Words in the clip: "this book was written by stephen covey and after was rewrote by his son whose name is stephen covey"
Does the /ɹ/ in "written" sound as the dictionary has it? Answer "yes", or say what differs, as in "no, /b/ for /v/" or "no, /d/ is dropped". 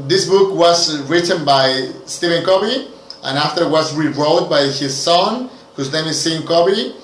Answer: yes